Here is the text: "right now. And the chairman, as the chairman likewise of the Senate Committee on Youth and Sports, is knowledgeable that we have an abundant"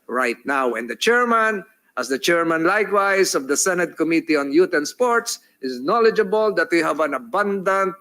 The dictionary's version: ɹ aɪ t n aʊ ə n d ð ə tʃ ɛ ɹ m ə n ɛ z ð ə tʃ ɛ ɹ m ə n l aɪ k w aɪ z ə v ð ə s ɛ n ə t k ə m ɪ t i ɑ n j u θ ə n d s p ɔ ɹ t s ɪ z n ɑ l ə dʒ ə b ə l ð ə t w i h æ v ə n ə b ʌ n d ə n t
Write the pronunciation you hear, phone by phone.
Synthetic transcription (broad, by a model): ɹ aɪ t n aʊ ə n d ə tʃ ɛ ɹ m ə n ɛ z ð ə tʃ ɛ ɹ m ə n l aɪ k w aɪ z ə v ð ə s ɛ n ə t k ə m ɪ t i ɑ n j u t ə n s p ɔ ɹ t s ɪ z n ɑ l ə dʒ ə b ə l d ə t w i h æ v ə n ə b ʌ n d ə n t